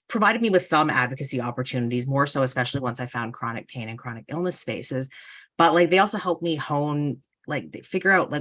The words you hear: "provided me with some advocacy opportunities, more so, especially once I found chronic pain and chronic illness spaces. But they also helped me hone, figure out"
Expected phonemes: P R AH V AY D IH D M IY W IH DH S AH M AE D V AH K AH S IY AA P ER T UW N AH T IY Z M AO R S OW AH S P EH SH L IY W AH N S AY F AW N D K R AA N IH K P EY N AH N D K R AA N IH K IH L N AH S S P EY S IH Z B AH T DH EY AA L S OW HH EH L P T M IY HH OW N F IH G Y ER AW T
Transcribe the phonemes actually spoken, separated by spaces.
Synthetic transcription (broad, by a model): P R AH V AY D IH D M IY W IH DH S AH M AE D V AH K AH S IY AA P ER T UW N AH T IY Z M AO R S OW AH S P EH SH L IY W AH N S AY F AW N K R AA N IH K P EY N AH N K R AA N IH K IH L N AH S S P EY S IH Z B AH T DH EY AA L S OW HH EH L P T M IY HH OW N F IH G Y ER AW T